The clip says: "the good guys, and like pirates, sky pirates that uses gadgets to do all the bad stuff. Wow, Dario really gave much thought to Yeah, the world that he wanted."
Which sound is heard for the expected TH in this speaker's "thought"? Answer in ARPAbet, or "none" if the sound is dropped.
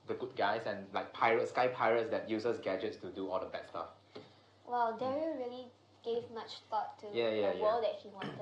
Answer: T